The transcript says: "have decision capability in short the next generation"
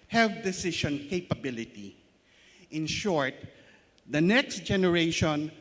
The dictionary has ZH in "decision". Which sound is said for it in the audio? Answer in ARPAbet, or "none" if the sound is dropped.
SH